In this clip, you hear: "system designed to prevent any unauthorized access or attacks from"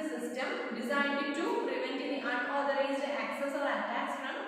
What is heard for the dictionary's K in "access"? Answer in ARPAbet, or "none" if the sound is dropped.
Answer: K